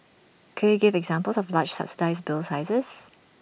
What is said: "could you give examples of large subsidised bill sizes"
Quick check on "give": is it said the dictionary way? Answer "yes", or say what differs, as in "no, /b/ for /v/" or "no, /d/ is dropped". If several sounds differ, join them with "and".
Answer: yes